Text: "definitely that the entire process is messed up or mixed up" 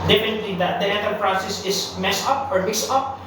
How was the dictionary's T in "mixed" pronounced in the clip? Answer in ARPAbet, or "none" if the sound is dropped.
none